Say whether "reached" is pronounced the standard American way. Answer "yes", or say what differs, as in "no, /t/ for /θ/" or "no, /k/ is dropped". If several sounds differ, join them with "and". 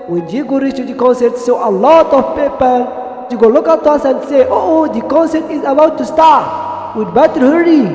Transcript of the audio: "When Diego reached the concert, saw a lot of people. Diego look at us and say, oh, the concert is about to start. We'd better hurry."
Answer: no, /s/ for /tʃ/